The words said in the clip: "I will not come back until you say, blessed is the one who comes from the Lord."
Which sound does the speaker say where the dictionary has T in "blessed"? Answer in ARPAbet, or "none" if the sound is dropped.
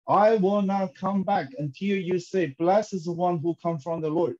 none